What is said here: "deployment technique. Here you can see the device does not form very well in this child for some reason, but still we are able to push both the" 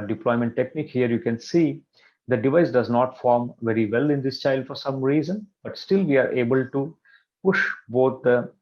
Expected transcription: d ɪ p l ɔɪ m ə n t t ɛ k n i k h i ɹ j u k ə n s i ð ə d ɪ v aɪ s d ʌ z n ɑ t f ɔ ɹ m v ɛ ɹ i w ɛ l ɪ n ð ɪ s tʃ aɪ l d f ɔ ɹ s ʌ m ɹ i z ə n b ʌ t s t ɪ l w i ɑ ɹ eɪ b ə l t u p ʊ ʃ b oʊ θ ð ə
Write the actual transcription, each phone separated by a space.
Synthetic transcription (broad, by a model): d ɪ p l ɔɪ m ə n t t ɛ k n i k h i ɹ j u k ə n s i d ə d ɪ v aɪ s d ʌ z n ɑ t f ɔ ɹ m v ɛ ɹ i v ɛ l ɪ n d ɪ s tʃ aɪ l d f ɔ ɹ s ʌ m ɹ i z ə n b ʌ t s t ɪ l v i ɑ ɹ eɪ b ə l t u p ʊ ʃ b oʊ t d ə